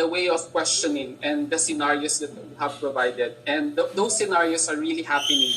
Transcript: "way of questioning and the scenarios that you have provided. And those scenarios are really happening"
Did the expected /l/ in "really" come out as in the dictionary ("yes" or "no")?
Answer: yes